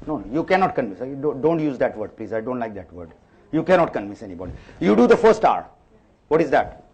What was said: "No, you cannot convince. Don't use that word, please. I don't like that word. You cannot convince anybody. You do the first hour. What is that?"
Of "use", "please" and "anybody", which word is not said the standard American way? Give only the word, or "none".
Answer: none